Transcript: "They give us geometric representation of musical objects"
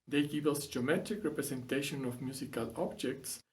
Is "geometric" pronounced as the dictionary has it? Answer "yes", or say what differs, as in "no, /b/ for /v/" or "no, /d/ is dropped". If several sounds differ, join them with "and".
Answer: no, /ɹ/ is dropped